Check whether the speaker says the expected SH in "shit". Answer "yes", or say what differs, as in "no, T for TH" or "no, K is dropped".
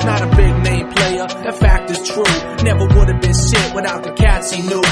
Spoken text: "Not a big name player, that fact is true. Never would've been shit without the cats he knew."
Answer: no, S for SH